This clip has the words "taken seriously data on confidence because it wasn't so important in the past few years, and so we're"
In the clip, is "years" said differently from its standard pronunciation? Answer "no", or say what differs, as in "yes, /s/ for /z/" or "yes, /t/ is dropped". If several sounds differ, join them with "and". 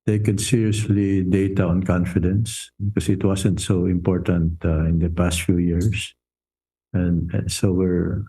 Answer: yes, /s/ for /z/